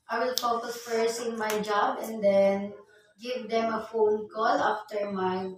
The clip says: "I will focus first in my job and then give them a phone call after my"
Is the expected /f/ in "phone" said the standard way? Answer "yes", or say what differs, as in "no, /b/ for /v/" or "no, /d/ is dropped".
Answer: yes